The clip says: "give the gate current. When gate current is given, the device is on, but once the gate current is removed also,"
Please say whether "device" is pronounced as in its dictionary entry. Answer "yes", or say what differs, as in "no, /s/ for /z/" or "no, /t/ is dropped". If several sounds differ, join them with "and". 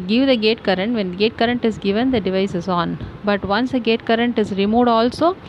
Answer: yes